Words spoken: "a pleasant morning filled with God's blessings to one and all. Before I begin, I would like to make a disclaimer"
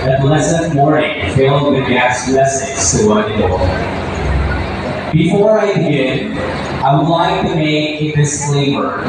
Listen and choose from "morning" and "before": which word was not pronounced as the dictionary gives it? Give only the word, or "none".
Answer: morning